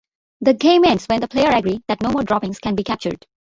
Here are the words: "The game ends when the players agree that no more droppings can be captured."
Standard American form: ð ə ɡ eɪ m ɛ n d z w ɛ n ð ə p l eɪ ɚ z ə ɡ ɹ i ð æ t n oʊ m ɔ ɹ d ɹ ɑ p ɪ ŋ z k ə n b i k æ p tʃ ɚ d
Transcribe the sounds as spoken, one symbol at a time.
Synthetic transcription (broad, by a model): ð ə ɡ eɪ m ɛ n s w ɛ n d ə p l eɪ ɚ ə ɡ ɹ i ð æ t n oʊ m ɔ ɹ d ɹ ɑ p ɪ ŋ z k ə n b i k æ p tʃ ɚ d